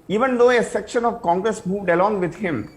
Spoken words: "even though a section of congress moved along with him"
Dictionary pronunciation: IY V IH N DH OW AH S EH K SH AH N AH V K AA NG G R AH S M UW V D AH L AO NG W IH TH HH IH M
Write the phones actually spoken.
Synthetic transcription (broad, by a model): IY V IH N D OW AH S EH K SH AH N AH V K AA NG G R AH S M UW V D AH L AO NG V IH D HH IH M